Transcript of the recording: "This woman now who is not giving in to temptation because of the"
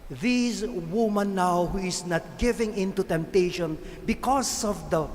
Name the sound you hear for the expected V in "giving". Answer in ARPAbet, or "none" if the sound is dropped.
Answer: V